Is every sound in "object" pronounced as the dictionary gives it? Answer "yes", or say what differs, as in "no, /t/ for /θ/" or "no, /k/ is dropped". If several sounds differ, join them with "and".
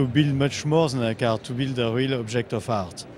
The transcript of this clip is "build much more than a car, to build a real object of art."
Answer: no, /ʒ/ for /dʒ/